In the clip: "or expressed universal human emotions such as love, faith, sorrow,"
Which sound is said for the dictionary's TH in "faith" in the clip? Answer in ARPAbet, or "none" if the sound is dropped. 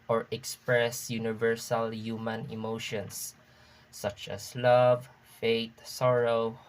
T